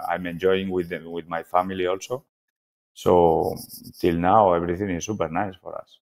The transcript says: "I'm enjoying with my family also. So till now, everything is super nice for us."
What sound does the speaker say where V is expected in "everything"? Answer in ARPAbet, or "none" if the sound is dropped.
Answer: B